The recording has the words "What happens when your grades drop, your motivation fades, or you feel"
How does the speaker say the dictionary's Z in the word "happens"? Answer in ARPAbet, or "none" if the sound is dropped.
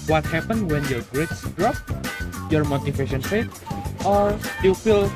none